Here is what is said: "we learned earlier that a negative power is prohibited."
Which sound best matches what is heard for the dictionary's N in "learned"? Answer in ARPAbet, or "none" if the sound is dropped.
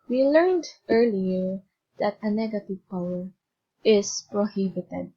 N